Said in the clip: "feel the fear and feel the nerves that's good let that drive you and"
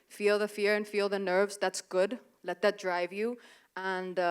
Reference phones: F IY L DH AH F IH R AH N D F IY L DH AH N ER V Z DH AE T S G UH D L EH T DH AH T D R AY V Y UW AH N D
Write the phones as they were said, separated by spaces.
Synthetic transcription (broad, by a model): F IY L DH AH F IH R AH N F IY L DH AH N ER V Z DH AE T S G UH D L EH T DH AH T D R AY V Y UW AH N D